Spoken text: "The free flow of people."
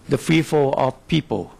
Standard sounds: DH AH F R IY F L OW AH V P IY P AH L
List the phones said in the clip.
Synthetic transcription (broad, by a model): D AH F R IY F OW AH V P IY P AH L